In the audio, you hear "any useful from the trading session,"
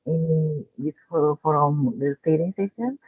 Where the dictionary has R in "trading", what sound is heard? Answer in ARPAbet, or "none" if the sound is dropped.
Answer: none